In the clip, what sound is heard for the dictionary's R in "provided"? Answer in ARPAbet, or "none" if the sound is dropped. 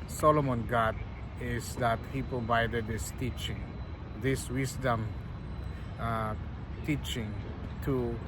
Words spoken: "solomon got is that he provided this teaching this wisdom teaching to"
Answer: none